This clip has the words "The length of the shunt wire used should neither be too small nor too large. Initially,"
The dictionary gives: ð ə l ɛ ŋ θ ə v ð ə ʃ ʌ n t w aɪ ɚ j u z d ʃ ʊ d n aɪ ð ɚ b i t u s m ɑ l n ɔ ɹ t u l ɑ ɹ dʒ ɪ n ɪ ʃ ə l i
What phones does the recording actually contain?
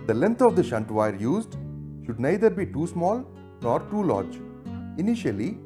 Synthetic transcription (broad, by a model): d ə l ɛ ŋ t ə v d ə ʃ ʌ n t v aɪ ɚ j u z d ʃ ʊ d n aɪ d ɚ b i t u s m ɑ l n ɔ ɹ t u l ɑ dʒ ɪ n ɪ ʃ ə l i